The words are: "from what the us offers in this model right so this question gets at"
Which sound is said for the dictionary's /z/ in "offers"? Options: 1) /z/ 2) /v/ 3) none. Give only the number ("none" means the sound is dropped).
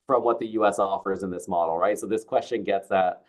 1